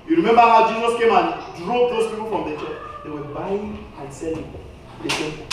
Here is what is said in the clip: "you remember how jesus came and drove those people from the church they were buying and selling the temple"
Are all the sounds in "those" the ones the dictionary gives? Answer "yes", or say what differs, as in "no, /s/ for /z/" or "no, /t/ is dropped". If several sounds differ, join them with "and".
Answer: no, /s/ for /z/